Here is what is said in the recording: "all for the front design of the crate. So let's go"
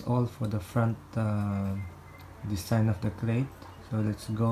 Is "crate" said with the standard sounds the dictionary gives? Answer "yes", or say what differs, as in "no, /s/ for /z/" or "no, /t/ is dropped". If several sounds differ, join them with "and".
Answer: no, /l/ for /ɹ/